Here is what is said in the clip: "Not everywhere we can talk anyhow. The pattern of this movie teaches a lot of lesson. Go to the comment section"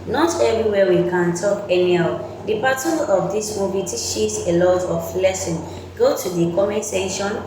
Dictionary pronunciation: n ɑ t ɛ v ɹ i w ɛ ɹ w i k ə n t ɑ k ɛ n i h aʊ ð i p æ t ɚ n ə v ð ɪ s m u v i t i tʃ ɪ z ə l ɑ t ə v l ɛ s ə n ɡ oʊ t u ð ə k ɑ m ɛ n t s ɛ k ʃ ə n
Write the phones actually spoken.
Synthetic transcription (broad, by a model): n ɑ t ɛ v ɹ i w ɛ w i k ə n t ɑ k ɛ n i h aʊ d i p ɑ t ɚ ə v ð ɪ s m u v i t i ʃ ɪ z ə l ɑ t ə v l ɛ s ə n ɡ oʊ t u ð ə k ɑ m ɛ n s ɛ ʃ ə n